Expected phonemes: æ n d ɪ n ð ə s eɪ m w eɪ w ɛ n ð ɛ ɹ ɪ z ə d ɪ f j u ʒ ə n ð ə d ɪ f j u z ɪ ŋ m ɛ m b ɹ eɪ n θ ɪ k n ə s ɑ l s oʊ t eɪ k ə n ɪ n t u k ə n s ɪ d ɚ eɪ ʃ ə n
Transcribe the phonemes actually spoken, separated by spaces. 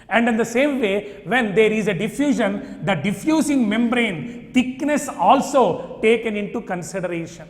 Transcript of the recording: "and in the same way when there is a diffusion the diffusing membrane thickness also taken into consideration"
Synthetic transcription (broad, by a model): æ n d ɪ n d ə s eɪ m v eɪ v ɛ n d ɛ ɹ ɪ z ə d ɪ f j u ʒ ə n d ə d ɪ f j u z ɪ ŋ m ɛ m b ɹ eɪ n t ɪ k n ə s ɑ l s oʊ t eɪ k ə n ɪ n t u k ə n s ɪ d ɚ eɪ ʃ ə n